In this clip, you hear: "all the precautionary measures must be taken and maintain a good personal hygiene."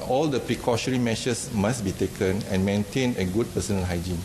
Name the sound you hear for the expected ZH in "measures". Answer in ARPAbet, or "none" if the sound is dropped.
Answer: SH